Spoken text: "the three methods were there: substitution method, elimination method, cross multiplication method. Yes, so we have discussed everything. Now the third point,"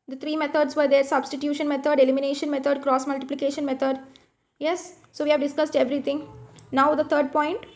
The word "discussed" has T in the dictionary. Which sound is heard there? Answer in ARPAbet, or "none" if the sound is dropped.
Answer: T